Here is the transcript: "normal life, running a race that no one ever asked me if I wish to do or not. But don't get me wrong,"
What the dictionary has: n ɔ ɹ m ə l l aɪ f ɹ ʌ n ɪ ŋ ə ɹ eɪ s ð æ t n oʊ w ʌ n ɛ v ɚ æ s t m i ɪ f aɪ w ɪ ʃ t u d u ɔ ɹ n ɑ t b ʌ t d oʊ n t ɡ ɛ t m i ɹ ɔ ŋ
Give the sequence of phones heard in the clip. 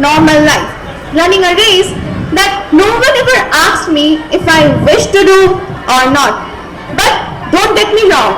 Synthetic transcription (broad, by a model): n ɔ ɹ m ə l l aɪ f l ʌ n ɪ ŋ ə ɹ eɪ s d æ t n oʊ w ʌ n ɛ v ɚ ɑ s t m i ɪ f aɪ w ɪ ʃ t u d u ɔ ɹ n ɑ t b ʌ t d oʊ n t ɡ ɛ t m i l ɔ